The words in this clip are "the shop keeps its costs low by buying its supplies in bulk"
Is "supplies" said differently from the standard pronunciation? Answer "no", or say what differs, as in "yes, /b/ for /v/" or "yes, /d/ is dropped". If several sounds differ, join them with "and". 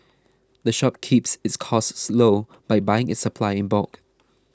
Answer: yes, /z/ is dropped